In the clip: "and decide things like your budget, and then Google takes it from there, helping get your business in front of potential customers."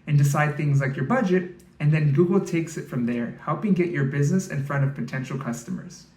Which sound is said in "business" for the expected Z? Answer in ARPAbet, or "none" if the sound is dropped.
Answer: Z